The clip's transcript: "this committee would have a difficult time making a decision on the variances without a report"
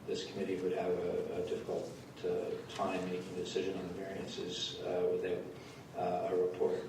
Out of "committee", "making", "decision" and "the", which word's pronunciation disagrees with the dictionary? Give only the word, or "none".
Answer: none